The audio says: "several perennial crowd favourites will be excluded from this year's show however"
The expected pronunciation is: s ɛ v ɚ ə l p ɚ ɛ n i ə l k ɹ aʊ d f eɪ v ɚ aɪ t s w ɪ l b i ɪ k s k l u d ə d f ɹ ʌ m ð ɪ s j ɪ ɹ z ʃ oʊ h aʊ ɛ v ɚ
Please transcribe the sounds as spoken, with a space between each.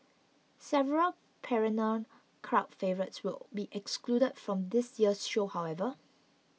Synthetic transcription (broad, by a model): s ɛ v ɚ ə l p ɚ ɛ n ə n k ɹ aʊ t f eɪ v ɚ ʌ t s w ɪ l b i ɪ k s k l u d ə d f ɹ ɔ m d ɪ s j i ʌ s ʃ oʊ h aʊ ɛ v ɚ